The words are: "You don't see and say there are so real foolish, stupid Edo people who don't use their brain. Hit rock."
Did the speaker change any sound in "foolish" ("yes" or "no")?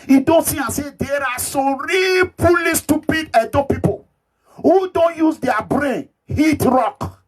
yes